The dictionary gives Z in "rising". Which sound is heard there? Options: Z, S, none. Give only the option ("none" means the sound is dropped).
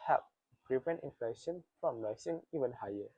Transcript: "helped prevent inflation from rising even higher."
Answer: S